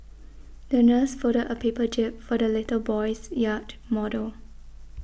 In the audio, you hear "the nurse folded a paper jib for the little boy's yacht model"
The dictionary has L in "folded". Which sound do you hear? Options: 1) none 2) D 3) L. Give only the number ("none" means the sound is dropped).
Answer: 1